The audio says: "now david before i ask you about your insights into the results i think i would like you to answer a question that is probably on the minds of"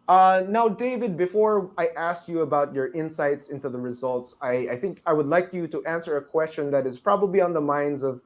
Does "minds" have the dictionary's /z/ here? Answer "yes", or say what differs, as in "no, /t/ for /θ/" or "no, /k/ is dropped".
yes